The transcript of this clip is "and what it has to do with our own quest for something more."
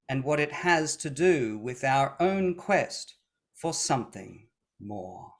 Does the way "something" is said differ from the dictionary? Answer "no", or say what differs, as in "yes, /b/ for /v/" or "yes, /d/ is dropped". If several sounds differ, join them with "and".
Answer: no